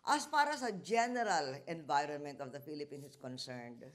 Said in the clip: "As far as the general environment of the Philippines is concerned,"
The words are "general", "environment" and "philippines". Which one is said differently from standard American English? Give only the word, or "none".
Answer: philippines